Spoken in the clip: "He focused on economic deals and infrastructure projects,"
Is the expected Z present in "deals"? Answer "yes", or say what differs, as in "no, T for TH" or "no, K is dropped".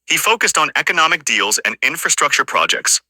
yes